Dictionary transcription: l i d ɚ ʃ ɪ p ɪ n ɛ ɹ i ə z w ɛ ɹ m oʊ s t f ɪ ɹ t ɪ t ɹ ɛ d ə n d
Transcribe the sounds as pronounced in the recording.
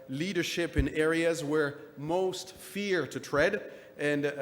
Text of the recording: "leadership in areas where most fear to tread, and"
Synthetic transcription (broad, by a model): l i d ɚ ʃ ɪ p ɪ n ɛ ɹ i ə z w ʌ ɹ m oʊ s t f ɪ ɹ t ɪ t ɹ ɛ d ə n